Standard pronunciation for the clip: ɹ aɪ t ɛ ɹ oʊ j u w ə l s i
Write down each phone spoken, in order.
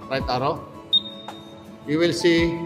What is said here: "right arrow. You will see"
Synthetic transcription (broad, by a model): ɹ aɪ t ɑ ɹ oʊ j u w ə l s i